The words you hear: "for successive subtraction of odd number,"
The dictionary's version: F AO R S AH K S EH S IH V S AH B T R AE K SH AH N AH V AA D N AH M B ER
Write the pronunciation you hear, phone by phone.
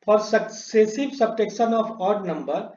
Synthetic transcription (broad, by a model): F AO R S AH K S EH S IH V S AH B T EH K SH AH N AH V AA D N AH M B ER